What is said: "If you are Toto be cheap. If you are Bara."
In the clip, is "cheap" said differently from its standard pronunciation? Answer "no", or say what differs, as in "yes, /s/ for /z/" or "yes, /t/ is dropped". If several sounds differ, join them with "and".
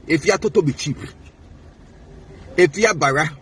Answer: no